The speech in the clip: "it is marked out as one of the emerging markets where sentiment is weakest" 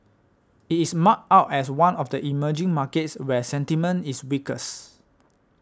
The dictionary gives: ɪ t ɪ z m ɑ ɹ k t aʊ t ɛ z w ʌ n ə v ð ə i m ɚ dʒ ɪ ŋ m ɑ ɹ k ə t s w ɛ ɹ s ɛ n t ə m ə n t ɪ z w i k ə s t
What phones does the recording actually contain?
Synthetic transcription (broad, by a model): ɪ t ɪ s m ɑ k aʊ t ɛ s w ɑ n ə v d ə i m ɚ dʒ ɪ ŋ m ɑ k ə t s w ɛ s ɛ n t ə m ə n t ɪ s w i k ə s